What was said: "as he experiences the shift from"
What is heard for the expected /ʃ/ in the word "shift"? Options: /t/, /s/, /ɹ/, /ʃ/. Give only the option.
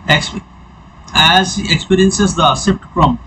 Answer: /s/